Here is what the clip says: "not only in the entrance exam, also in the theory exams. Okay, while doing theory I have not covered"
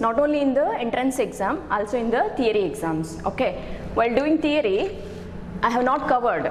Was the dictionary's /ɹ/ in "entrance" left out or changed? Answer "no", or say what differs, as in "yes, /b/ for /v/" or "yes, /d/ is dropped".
no